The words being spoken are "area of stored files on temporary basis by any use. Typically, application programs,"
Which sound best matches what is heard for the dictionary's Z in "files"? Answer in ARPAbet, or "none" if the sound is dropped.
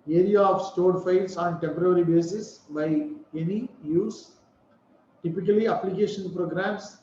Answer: S